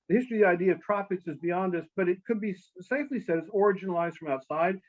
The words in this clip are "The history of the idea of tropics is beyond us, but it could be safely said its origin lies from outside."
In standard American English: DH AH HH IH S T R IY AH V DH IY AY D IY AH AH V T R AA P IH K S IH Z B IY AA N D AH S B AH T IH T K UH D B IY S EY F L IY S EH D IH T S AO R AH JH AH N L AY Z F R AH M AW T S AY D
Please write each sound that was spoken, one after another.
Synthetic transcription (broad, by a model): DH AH HH IH S T R IY DH IY AY D IY AH AH V T R AA P IH K S IH Z B IY AA N D AH S B AH T IH T K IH D B IY S EY F L IY S EH D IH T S AO R AH JH AH N L AY Z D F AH M AW T S AY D